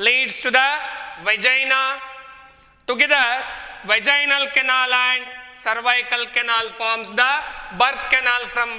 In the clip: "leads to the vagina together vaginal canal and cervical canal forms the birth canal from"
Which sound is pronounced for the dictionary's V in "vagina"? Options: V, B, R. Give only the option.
V